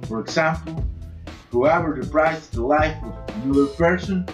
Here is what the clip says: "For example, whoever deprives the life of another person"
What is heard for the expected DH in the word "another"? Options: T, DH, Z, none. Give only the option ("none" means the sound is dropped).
none